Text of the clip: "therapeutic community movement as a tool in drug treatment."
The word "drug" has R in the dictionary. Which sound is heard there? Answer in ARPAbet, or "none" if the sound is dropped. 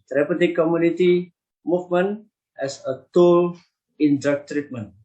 none